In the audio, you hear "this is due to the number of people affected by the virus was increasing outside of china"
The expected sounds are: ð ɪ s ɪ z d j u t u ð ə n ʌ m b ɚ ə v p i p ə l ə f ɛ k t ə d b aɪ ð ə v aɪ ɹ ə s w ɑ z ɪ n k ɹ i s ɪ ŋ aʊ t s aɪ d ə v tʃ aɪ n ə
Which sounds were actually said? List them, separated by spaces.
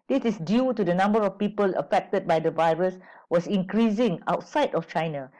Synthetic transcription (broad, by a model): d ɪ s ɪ s d j u t u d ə n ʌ m b ɚ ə f p i p ə l ə f ɛ k t ə d b aɪ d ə v aɪ ɹ ə s w ɑ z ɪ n k ɹ i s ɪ ŋ aʊ t s aɪ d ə f tʃ aɪ n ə